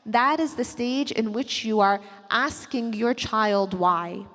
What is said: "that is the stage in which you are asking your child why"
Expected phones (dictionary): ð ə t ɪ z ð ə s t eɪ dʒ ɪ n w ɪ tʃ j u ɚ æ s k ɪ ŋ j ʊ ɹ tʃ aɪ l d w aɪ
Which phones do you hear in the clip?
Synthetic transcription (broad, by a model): ð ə t ɪ z ð ə s t eɪ dʒ ɪ n w ɪ tʃ j u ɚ æ s k ɪ ŋ j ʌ ɹ tʃ aɪ l d w aɪ